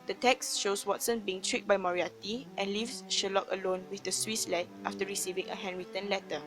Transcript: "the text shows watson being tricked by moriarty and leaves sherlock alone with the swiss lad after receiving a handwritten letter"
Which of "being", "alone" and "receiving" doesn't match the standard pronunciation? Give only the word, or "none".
none